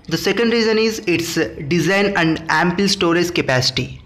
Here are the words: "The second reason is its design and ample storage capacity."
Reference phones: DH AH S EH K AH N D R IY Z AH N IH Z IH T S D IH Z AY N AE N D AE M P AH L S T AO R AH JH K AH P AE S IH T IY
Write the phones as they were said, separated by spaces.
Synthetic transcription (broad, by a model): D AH S EH K AH N D R IY Z AH N IH Z IH T S D IH Z AY N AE N D AE M P AH L S T AO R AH Z K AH P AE S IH T IY